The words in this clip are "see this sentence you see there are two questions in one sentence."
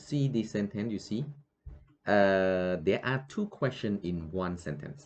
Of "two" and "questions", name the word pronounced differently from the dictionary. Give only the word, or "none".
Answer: questions